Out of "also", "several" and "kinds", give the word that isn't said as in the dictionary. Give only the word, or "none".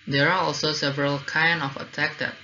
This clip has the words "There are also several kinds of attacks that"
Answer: kinds